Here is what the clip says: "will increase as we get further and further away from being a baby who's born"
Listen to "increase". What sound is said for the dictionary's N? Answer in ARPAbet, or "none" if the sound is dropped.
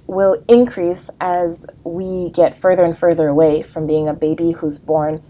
N